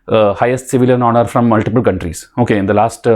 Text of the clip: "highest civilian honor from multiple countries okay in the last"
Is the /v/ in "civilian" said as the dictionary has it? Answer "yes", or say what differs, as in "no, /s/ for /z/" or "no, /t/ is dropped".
yes